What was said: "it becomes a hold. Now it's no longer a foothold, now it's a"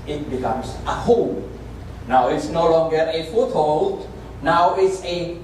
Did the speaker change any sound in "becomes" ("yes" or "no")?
yes